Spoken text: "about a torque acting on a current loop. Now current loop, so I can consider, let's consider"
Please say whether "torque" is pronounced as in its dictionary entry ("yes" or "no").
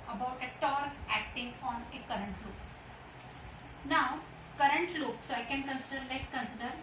no